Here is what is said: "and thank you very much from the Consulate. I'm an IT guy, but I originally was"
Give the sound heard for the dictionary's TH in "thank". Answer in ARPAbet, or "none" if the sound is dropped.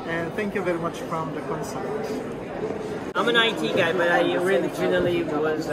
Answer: TH